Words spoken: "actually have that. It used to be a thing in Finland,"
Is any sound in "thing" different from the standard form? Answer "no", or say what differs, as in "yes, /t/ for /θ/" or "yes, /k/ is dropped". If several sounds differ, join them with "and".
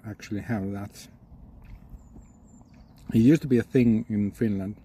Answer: no